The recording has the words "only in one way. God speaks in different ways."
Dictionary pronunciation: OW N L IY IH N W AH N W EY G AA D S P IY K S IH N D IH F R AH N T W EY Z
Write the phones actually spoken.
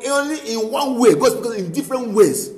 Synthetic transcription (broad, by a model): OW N L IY IH N W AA N W EY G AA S B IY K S IH N D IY F R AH N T W EY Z